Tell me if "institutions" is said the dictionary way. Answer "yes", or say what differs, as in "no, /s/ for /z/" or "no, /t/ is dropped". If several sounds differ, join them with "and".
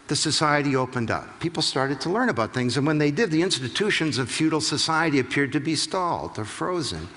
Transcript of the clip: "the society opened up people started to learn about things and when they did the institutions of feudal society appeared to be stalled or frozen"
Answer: yes